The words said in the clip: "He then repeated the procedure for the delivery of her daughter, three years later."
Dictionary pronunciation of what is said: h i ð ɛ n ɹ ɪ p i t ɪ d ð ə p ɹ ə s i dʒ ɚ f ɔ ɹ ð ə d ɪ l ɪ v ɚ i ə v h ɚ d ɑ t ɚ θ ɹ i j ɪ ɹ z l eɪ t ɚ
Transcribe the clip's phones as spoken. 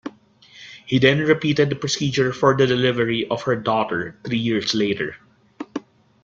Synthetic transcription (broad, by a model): h i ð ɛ n ɹ ɪ p i t ɪ d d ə p ɹ ə s i dʒ ɚ f ɔ ɹ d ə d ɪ l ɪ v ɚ i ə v h ɚ d ɑ t ɚ t ɹ i j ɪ ɹ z l eɪ t ɚ